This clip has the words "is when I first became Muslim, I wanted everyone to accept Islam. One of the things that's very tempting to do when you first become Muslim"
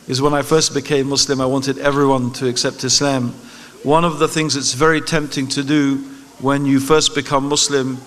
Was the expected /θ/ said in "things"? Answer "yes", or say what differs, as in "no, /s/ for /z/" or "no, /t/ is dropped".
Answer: yes